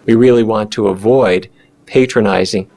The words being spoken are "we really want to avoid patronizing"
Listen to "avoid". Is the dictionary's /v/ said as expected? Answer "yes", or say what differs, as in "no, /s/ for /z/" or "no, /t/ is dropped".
yes